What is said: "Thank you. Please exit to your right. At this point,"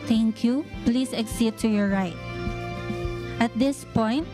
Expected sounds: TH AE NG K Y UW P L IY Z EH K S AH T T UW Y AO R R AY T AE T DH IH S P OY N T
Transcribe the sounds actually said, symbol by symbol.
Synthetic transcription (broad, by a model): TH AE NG K Y UW P L IY S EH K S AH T T UW Y AO R R AY T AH T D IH S P OY N T